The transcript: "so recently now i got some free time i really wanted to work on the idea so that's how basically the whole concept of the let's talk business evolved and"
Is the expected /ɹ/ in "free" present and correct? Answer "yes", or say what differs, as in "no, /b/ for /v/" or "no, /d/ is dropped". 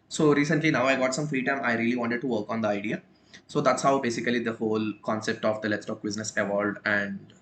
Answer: yes